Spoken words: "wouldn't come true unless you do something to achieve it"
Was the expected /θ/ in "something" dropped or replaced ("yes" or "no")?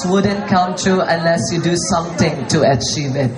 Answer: yes